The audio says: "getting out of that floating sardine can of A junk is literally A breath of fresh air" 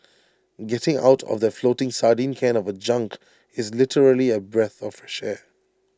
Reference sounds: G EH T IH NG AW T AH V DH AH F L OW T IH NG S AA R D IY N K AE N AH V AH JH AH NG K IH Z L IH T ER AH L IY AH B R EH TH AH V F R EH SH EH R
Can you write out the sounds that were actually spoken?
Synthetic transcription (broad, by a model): G EH T IH NG AW T AH V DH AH F L OW T IH NG S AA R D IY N K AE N AH V AH JH AH NG K IH Z L IH T ER AH L IY AH B R EH TH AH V F R EH SH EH